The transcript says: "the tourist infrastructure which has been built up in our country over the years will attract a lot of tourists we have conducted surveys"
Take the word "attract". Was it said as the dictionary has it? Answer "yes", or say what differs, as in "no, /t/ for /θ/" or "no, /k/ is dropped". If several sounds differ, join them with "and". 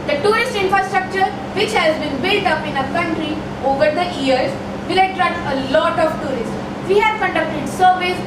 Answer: no, /k/ is dropped